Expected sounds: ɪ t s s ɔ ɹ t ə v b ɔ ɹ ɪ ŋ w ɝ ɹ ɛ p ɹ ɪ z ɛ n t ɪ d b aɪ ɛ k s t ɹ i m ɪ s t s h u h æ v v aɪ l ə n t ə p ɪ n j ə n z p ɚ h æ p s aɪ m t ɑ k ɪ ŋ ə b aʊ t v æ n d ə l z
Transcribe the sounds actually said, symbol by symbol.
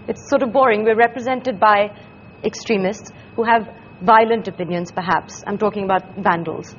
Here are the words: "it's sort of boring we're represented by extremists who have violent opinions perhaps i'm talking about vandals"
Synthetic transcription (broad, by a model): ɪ t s s ɔ ɹ t ə v b ɔ ɹ ɪ ŋ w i ɹ ɛ p ɹ ɪ z ɛ n t ɪ d b aɪ ɛ k s t ɹ i m ɪ s t s h u h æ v v aɪ l ə n t ə p ɪ n j ə n z p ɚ h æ p s aɪ m t ɑ k ɪ ŋ ə b aʊ t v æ n d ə l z